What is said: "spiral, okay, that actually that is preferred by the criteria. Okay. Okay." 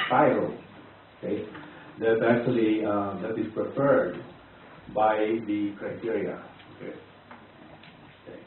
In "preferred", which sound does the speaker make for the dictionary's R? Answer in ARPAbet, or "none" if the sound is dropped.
R